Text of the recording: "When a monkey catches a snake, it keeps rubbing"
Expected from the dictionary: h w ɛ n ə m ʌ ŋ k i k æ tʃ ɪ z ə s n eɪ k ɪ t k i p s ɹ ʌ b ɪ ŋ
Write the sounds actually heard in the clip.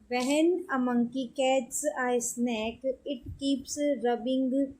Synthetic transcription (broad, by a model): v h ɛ n ə m ʌ ŋ k i k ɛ s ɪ ə s n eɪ k ɪ t k i p s ɹ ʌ b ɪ ŋ